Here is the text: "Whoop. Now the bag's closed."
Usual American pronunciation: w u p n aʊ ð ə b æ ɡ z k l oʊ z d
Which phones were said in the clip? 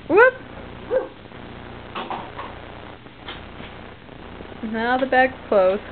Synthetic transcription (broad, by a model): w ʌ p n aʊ ð ə b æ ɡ k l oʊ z